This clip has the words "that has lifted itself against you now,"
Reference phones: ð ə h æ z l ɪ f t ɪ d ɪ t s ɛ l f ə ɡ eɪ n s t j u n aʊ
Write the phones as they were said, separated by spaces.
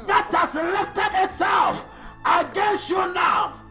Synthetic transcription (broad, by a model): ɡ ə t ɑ s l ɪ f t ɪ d ɪ t s ɛ l f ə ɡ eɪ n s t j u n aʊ